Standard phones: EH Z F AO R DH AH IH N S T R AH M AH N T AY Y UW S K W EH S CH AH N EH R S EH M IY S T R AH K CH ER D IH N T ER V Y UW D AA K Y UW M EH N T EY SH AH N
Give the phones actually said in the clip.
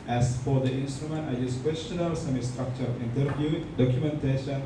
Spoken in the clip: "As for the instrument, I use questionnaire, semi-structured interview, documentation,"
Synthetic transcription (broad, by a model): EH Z F AO R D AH IH N S T R AH M AH N T AY Y UW S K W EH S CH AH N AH L S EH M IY S T R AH K CH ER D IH N T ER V Y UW D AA K Y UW M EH N T EY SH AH N